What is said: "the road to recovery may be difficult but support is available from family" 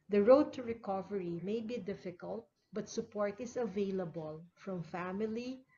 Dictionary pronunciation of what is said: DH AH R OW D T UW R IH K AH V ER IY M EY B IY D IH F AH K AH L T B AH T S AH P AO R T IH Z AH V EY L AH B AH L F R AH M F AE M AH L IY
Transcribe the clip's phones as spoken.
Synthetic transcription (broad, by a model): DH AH R OW D T UW R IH K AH V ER IY M EY B IY D IH F AH K AH L T B AH T S AH P AO R T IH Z AH V EY L AH B AH L F R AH M F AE M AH L IY